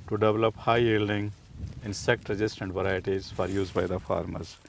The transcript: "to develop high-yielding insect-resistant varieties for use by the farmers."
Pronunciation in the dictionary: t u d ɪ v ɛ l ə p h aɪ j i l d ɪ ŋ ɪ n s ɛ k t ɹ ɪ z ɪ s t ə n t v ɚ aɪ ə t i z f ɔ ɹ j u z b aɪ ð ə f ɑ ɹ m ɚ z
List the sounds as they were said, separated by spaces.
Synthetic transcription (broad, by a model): t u d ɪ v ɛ l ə p h aɪ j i l d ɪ ŋ ɪ n s ɛ k t ɹ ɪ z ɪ s t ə n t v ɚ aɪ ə t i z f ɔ ɹ j u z b aɪ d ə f ɑ ɹ m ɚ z